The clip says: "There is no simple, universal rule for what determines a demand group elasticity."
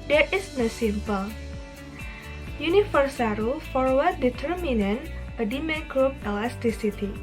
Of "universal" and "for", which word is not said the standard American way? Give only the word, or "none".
universal